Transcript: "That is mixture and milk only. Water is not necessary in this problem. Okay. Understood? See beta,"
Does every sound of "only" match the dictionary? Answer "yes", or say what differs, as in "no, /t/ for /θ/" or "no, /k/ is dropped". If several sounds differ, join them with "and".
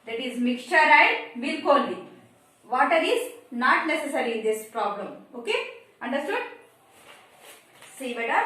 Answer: no, /n/ is dropped